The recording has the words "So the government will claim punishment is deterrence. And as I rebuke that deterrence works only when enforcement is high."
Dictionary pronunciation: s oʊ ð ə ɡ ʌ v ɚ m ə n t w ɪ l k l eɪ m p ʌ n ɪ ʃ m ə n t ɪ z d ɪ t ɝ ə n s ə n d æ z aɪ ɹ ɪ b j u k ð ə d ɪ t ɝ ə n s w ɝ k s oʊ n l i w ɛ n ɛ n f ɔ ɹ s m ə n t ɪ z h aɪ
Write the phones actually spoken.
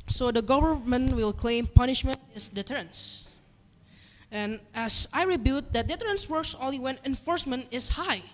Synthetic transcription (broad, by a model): s oʊ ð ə ɡ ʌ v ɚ m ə n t w ɪ l k l eɪ m p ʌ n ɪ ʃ m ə n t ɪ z d ɪ t ɝ ə n s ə n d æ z aɪ ɹ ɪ b j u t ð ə d ɪ t ɝ ə n s w ɝ k s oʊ l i w ɛ n ɛ n f ɔ ɹ s m ə n t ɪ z h aɪ